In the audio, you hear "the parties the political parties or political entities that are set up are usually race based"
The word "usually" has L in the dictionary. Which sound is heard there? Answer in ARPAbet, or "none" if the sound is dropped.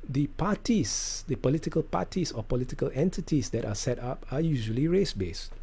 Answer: L